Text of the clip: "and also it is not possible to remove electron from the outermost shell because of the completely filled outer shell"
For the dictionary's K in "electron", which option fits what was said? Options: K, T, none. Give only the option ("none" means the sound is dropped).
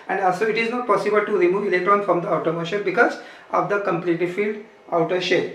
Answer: none